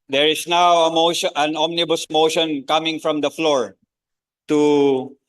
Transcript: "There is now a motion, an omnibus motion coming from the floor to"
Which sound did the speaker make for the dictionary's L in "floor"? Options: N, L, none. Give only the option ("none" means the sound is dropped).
L